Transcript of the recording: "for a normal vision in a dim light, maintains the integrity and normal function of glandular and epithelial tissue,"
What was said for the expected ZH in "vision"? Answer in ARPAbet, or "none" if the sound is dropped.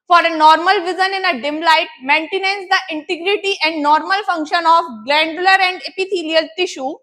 Z